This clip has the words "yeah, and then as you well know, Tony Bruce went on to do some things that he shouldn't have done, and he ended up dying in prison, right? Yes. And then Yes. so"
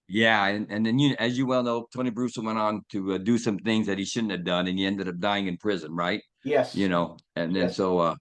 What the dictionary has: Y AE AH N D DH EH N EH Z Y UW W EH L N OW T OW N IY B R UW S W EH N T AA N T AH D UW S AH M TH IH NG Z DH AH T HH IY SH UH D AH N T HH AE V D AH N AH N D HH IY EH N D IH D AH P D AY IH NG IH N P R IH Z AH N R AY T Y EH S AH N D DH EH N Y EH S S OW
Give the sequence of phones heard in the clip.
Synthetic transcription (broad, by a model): Y AE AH N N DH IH N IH Z Y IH W EH L N OW T OW N IY B R UW S W EH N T N T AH D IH S AH M TH IH NG Z DH AH T HH IY SH UH D N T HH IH V D AH N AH N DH IY EH N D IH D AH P D AY IH NG IH N P R IH Z AH N R AY T Y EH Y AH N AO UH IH N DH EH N S OW